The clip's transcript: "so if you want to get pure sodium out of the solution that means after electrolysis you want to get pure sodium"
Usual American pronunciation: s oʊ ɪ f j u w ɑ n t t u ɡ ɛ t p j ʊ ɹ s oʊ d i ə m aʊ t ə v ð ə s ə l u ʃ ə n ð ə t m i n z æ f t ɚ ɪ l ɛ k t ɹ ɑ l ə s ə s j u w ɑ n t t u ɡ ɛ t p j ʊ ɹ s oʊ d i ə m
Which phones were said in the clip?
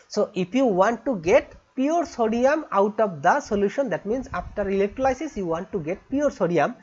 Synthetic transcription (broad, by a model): s oʊ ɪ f j u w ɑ n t t u ɡ ɛ t p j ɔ ɹ s oʊ d i ə m aʊ t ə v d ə s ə l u ʃ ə n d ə t m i n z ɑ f t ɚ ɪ l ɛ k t l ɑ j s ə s j u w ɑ n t t u ɡ ɛ t p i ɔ ɹ s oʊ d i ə m